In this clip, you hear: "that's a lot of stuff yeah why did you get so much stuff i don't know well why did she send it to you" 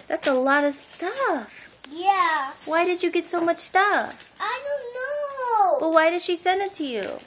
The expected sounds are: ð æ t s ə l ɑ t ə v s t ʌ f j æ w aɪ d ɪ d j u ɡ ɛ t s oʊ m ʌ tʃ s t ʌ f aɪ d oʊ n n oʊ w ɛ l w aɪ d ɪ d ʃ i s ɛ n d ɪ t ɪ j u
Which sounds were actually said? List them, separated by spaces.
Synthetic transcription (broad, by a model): ð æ t s ə l ɑ t ə v s t ʌ f j æ w aɪ d ɪ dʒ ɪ ɡ ɛ t s oʊ m ʌ tʃ s t ʌ f aɪ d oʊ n n oʊ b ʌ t w aɪ d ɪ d ʃ i s ɛ n d ɪ t ɪ j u